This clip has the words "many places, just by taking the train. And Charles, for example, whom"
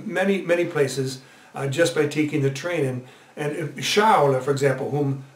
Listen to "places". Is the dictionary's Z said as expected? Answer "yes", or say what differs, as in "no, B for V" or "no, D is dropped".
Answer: yes